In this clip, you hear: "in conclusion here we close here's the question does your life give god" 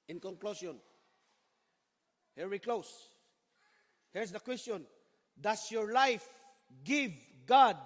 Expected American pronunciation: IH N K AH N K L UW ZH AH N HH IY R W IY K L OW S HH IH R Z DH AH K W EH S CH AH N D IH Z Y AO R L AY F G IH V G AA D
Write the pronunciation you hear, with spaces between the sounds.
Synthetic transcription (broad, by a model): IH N K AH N K L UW S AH N HH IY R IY K L OW S HH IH R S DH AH K W EH S CH AH N D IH S Y AO R L AY F G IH V G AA D